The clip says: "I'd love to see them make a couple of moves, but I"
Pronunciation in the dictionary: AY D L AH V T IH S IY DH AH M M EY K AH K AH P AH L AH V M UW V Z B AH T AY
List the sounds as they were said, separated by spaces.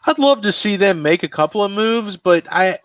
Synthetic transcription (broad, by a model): AY D L AH V T IH S IY DH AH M M EY K AH K AH P L AH V M UW V Z B AH T AY